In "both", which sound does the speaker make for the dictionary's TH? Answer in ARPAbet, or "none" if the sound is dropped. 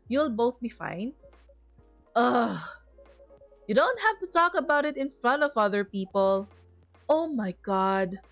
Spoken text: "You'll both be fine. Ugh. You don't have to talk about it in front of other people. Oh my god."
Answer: TH